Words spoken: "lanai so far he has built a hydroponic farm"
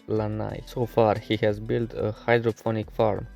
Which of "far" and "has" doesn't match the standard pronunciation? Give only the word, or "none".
none